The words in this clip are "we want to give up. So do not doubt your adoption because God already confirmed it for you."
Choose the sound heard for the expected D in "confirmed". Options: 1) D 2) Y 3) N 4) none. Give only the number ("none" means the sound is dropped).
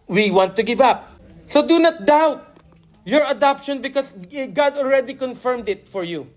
1